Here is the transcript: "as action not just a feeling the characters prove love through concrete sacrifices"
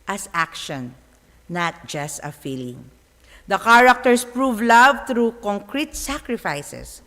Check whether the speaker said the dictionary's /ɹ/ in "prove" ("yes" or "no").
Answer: yes